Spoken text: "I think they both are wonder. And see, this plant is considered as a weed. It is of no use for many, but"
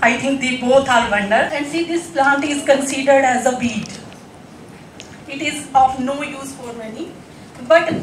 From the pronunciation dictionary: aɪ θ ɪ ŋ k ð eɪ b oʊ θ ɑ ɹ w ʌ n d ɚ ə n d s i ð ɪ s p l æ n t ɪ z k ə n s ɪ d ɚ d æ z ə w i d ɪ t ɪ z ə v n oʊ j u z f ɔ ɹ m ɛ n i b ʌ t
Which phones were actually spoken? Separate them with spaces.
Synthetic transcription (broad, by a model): aɪ t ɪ ŋ k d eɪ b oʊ t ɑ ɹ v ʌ n d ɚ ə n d s i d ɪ s p l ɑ n t ɪ z k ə n s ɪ d ɚ d æ z ə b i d ɪ t ɪ z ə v n oʊ j u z f ɔ ɹ m ɛ n i b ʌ t